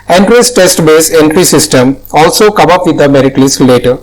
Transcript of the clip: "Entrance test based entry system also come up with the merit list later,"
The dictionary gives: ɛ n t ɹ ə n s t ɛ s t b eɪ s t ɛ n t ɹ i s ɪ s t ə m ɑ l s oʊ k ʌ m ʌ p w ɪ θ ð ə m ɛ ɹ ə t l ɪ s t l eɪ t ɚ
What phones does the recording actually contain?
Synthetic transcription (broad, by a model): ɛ n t ɹ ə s t ɛ s t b eɪ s ɛ n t ɹ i s ɪ s t ə m ɑ l s oʊ k ʌ m ʌ p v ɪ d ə m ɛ ɹ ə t l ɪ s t l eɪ t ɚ